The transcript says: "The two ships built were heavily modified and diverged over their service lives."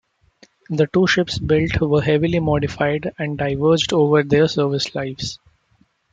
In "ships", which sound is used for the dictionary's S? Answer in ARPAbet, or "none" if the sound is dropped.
S